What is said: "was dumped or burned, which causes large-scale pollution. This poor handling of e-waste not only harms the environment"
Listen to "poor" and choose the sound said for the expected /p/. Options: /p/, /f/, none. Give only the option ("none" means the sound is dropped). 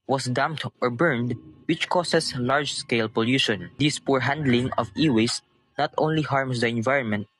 /p/